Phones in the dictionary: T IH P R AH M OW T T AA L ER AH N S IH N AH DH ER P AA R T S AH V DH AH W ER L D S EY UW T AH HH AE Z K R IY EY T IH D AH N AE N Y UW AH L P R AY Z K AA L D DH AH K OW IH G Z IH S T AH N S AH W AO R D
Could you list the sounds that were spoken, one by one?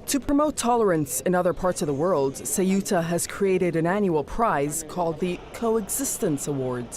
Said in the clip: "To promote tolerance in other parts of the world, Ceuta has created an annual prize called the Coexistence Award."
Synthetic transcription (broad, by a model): T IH P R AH M OW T T AA L ER AH N S IH N AH DH ER P AA R T S AH V DH AH W ER L D S EY UW T AH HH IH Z K R IY EY T IH D AH N AE N Y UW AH L P R AY Z K AA L D DH AH K OW IH G Z IH S T AH N S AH W AO R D